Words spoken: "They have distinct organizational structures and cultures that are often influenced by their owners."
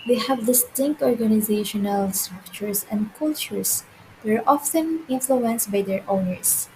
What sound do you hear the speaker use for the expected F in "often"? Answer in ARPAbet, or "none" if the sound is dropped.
F